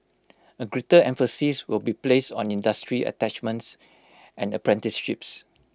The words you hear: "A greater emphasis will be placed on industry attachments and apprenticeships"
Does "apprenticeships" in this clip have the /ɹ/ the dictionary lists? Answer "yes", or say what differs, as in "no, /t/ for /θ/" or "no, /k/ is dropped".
yes